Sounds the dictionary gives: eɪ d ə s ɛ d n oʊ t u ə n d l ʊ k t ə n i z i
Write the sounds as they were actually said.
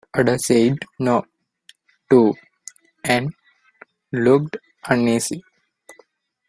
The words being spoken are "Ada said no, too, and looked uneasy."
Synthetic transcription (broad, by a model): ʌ d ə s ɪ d n oʊ t u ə n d l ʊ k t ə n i s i